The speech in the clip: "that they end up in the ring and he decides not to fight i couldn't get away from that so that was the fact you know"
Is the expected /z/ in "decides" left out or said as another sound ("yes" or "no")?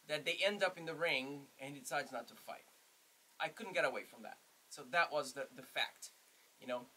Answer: no